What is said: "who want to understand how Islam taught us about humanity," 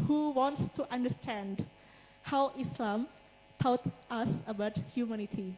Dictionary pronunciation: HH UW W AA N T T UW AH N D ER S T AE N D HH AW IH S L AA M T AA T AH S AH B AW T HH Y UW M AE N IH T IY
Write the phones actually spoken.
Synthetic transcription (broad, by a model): HH UW W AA N T T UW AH N D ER S T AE N D HH AW IH S L AA M T AA T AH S AH B AW T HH Y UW M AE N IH T IY